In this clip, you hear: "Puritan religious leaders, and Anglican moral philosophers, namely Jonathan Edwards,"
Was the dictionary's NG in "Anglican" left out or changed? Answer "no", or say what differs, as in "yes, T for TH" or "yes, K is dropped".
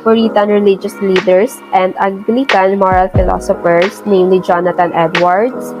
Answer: yes, NG is dropped